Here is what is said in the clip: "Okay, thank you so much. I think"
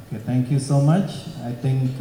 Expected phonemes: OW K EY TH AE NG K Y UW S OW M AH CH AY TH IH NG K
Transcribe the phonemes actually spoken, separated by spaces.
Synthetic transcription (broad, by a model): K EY T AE NG K Y UW S OW M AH CH AY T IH NG K